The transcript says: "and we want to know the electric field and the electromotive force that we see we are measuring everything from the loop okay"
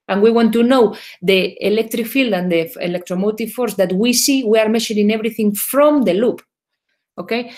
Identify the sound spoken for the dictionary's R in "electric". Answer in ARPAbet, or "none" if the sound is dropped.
R